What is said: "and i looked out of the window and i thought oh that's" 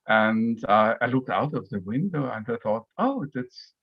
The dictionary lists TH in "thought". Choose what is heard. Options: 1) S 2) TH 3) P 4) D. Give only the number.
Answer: 2